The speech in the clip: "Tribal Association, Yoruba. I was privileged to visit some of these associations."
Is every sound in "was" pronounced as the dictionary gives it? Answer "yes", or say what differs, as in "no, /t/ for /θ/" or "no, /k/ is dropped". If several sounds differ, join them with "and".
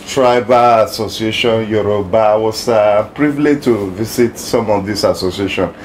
no, /s/ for /z/